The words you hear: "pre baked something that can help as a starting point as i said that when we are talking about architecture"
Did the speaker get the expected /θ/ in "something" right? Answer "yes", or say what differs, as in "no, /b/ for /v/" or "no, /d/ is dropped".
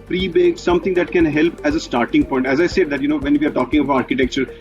no, /t/ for /θ/